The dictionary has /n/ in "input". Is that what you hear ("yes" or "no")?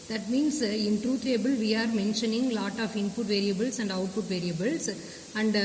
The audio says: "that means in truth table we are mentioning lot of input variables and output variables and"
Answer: yes